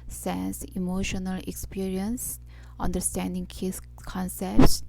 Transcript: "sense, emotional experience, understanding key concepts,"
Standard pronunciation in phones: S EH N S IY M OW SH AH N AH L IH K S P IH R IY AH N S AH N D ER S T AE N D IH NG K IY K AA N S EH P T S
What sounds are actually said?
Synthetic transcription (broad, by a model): S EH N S IY M OW SH AH N AH L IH K S P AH R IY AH N S AH N D ER S T AE N D IH NG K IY K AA N S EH P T S